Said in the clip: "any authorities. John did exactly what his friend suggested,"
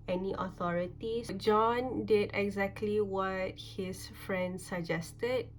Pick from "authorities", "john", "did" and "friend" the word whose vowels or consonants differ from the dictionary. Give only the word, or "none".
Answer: authorities